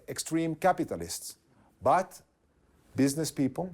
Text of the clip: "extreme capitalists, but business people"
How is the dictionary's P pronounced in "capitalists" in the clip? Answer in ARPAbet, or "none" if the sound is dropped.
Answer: P